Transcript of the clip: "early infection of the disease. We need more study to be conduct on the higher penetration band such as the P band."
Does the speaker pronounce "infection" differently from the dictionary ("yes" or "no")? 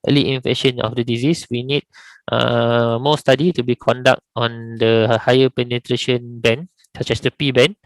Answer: yes